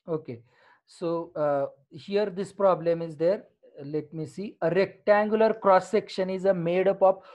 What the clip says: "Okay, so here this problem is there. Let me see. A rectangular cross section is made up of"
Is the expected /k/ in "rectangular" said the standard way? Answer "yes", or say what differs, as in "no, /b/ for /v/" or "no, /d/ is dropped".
yes